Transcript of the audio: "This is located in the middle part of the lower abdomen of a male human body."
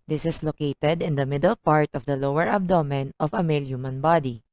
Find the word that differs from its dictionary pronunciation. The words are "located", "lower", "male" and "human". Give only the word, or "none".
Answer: none